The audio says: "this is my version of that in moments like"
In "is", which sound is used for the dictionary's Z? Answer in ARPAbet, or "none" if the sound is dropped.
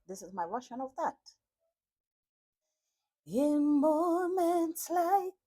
Z